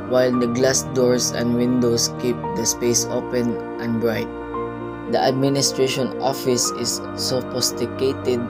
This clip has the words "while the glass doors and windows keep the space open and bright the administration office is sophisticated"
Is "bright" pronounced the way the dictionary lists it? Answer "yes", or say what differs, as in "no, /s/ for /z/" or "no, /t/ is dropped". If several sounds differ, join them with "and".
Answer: yes